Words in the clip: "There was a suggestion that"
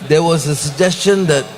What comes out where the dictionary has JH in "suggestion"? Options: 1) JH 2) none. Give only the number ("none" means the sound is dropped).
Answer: 1